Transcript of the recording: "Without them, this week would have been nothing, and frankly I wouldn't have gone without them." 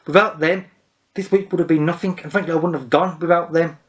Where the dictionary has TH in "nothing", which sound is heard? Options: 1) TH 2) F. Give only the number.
1